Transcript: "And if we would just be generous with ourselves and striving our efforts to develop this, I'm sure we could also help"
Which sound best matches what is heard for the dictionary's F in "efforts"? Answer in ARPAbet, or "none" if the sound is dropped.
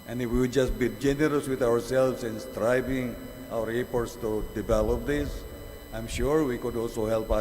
P